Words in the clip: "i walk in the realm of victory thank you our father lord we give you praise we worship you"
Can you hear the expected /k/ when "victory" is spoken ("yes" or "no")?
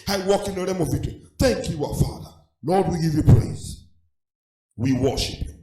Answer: no